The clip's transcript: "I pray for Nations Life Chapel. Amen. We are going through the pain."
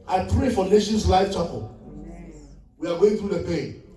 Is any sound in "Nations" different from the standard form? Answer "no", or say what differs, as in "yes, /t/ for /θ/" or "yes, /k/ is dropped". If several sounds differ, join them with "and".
yes, /s/ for /z/